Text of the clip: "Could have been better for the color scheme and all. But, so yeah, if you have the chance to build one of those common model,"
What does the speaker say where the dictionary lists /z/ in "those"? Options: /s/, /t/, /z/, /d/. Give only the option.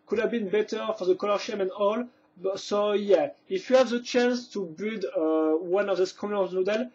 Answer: /s/